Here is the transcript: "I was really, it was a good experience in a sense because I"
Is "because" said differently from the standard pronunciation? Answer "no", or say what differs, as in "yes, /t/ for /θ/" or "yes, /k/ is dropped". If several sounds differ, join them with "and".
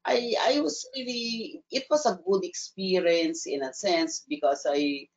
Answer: yes, /s/ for /z/